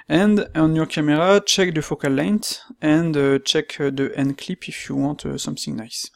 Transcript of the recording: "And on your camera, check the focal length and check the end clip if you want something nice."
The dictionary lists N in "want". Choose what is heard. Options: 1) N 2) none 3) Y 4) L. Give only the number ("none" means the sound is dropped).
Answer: 2